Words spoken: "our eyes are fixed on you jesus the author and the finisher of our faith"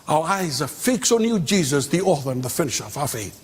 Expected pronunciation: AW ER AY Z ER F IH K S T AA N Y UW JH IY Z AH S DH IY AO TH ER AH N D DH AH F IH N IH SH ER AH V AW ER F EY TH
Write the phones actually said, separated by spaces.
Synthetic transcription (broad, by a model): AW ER AY Z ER F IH K S AA N Y UW JH IY Z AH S DH IY AO TH ER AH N DH AH F IH N IH SH ER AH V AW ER F EY TH